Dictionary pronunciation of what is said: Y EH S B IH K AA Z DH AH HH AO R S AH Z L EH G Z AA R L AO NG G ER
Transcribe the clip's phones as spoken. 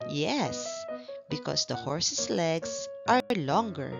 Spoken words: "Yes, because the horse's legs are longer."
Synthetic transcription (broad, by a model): Y EH S B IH K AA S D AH HH AO R S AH S L EH G S AA R L AO NG G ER